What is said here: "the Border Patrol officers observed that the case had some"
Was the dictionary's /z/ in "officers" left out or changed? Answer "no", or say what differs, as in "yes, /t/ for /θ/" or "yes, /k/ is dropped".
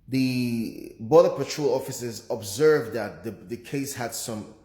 no